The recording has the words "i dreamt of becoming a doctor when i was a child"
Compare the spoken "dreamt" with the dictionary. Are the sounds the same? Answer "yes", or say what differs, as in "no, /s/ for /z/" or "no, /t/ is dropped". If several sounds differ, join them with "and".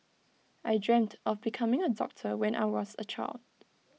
yes